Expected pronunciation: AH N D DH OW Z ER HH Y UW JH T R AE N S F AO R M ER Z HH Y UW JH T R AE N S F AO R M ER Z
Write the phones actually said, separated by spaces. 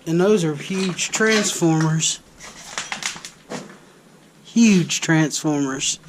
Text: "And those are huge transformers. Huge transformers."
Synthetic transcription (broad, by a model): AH N DH OW Z ER HH Y UW JH T R AE N S F AO R M ER Z HH Y UW JH T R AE N S F AO R M ER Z